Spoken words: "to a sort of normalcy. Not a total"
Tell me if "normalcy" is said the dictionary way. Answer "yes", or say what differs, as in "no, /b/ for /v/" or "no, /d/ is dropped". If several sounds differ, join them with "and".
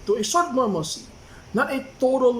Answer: no, /l/ is dropped